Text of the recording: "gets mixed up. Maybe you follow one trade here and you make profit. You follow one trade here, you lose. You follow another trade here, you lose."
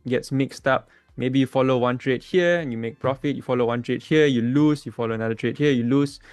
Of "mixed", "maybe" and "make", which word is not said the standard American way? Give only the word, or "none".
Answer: none